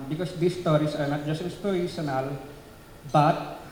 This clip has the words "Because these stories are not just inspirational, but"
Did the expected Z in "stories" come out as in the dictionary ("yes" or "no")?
no